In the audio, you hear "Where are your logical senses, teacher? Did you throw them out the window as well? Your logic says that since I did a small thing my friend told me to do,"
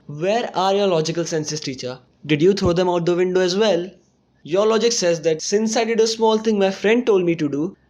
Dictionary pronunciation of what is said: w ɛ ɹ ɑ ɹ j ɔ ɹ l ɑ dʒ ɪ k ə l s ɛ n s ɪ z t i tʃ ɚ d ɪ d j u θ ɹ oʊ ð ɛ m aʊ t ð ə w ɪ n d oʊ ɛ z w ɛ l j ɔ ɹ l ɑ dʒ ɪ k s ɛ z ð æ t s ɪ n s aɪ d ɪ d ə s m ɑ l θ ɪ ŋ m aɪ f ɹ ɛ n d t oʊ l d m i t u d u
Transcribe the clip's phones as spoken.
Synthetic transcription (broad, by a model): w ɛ ɹ ɑ ɹ j ɔ ɹ l ɑ dʒ ɪ k ə l s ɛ n s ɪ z t i tʃ ɚ d ɪ d j u t ɹ oʊ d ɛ m aʊ t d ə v ɪ n d oʊ ɛ z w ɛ l j ɔ ɹ l ɑ dʒ ɪ k s ɛ z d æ t s ɪ n s aɪ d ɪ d ə s m ɑ l t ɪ ŋ m aɪ f ɹ ɛ n d t oʊ l d m i t u d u